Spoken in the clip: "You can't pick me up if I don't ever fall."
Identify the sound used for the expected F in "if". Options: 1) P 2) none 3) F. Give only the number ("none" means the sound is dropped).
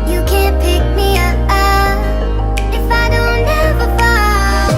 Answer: 3